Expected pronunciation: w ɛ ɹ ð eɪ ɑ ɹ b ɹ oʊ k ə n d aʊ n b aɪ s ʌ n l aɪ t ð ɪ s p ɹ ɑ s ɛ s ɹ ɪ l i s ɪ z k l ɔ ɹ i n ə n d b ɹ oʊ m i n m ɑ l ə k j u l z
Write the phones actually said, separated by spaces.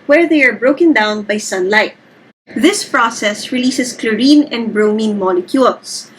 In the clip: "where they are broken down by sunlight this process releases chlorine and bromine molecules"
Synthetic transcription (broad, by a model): w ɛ ɹ ð eɪ ɑ ɹ b ɹ oʊ k ə n d aʊ n b aɪ s ʌ n l aɪ t ð ɪ s p ɹ ɑ s ɛ s ɹ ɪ l i s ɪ s k l ɔ ɹ i n ə n d b ɹ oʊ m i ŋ m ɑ l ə k j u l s